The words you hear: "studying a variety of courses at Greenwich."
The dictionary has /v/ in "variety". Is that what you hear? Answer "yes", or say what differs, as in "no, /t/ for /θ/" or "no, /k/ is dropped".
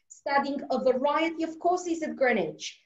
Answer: yes